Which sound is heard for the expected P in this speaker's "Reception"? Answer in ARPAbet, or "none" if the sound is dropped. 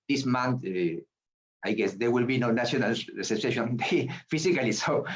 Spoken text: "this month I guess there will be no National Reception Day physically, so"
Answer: none